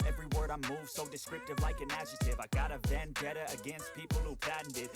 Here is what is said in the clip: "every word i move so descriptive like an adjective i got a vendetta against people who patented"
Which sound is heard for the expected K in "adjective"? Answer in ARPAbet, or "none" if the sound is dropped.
none